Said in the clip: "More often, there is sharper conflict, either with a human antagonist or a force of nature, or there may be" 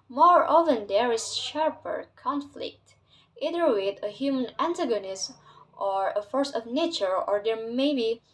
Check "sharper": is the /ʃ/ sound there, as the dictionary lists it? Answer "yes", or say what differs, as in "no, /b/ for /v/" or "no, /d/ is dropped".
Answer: yes